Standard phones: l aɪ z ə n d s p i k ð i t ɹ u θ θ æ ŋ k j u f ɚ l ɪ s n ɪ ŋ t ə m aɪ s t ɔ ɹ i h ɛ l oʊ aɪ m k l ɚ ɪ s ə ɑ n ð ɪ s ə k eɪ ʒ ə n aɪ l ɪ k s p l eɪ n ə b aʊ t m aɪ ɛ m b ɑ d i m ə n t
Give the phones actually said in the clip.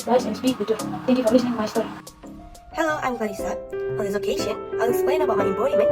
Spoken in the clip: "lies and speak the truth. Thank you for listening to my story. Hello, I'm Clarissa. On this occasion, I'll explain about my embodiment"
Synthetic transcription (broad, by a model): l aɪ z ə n s p i k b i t u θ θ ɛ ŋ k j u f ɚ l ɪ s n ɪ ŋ m aɪ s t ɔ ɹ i h ɛ l oʊ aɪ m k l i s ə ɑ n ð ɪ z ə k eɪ ʃ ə n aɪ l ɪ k s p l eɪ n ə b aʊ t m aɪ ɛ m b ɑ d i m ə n